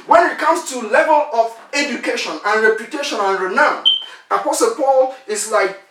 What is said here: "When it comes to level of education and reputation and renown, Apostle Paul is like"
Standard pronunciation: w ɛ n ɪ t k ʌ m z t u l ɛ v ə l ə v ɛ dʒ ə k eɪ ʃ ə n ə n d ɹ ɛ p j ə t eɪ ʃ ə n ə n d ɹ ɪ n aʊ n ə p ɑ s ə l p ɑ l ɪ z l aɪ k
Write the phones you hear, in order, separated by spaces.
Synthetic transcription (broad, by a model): w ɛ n ɪ t k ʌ m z t u l ɛ v ə l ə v ɛ dʒ ə k eɪ ʃ ə n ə n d ɹ ɛ p j ə t eɪ ʃ ə n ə n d ɹ ɪ n aʊ n ə p ɑ s ə l p ɑ l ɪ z l aɪ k